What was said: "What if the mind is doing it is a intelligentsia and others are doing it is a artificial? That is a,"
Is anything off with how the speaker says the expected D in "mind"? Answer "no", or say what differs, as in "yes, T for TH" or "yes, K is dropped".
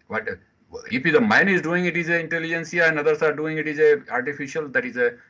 yes, D is dropped